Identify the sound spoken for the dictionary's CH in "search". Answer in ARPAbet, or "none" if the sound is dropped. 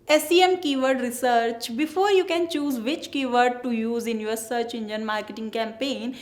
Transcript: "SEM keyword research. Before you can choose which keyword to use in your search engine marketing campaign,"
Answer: CH